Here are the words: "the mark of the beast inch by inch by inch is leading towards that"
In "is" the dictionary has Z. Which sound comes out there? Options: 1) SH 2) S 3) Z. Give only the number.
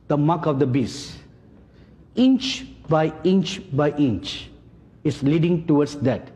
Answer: 2